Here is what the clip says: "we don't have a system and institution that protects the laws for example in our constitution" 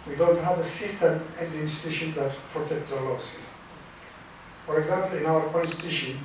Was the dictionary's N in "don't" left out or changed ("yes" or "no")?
no